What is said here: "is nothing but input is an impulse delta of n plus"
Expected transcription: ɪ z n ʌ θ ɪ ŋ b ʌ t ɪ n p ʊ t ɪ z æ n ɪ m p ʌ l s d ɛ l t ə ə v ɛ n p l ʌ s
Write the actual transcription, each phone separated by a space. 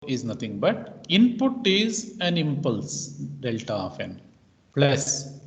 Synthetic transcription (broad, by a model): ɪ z n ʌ t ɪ ŋ b ʌ t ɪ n p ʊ t ɪ z æ n ɪ m p ʌ l s d ɛ l t ə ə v ɛ n p l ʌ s